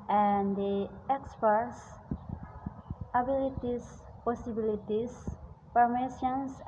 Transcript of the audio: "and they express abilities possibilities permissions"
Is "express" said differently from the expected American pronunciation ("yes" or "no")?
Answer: yes